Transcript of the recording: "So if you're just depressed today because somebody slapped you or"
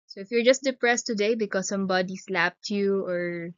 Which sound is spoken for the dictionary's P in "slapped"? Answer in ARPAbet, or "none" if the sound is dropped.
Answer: P